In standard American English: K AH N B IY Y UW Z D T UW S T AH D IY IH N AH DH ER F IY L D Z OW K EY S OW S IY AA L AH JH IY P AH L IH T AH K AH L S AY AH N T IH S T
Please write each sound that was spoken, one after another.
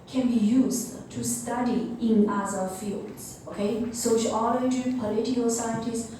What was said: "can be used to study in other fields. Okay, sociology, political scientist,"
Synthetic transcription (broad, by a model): K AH N B IY Y UW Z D T UW S T AH D IY IH N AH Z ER F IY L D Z OW K EY S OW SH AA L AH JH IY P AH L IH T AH AH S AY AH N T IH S